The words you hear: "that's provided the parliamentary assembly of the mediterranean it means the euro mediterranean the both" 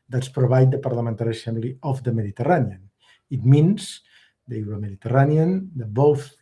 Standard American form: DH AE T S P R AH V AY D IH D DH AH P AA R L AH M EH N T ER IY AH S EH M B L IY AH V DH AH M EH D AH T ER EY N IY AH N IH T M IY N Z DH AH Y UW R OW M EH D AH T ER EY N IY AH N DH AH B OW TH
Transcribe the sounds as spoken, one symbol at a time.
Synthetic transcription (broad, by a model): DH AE T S P R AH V AY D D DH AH P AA R L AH M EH N T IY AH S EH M L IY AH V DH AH M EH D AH T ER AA N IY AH N IH T M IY N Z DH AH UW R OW M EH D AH T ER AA N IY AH N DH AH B OW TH